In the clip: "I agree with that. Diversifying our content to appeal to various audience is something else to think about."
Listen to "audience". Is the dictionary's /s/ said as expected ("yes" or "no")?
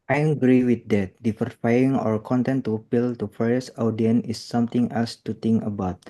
no